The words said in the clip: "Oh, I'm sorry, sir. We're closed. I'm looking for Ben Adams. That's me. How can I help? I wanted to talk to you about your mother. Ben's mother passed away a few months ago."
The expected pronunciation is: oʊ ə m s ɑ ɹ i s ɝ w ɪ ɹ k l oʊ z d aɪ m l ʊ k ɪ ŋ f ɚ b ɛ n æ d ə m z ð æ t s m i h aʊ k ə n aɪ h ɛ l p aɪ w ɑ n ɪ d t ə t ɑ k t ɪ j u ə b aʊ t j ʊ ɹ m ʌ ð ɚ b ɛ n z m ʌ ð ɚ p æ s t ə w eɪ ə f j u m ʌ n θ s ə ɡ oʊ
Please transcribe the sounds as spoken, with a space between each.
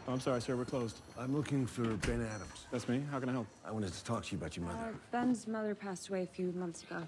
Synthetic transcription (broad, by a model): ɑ ə m s ɑ ɹ i s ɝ w ɪ ɹ k l oʊ z d aɪ m l ʊ k ɪ ŋ f ɚ b ɛ n æ d ə m z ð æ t s m i h aʊ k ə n aɪ h ɛ l p aɪ w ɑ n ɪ t ə t ɑ k t ɪ j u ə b aʊ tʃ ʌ ɹ m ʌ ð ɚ b ɛ n z m ʌ ð ɚ p æ s t ə w eɪ ə f j u m ʌ n θ s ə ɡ oʊ